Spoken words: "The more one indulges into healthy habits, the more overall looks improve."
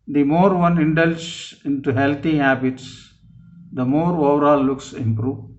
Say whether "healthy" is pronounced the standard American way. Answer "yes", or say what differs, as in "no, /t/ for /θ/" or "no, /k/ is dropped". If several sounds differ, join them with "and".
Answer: no, /t/ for /θ/